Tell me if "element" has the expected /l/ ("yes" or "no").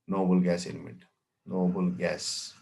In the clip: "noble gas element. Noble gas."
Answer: no